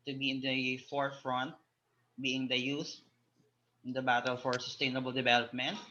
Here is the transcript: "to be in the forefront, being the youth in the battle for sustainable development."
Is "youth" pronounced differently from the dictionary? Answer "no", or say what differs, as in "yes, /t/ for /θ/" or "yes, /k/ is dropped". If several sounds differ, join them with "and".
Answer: yes, /s/ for /θ/